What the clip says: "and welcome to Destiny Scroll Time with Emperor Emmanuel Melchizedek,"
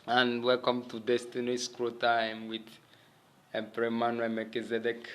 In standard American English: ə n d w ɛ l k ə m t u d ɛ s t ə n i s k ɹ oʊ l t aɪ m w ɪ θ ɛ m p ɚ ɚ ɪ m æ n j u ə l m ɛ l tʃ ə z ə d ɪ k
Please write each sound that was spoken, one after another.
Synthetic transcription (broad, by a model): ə n w ɛ l k ə m t u d ɛ s t ə n i s k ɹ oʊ t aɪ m w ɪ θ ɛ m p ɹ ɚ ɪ m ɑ n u m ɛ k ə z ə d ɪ k